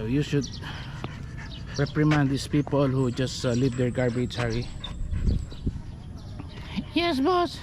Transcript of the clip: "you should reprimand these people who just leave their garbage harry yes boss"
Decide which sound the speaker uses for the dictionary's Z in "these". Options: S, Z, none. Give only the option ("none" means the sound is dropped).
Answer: S